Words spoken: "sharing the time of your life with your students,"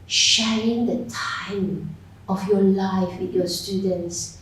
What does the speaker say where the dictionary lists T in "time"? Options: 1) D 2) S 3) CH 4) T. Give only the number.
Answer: 4